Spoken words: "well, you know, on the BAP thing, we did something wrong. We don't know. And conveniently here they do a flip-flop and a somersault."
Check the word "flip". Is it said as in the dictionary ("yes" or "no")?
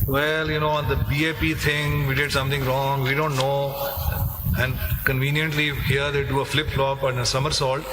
yes